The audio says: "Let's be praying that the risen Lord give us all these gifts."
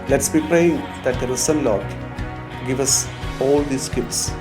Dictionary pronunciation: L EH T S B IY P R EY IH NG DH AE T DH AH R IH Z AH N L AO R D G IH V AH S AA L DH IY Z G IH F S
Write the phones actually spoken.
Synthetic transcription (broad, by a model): L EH T S B IY P R EY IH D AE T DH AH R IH S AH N L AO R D G IH V AH S AA L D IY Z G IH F S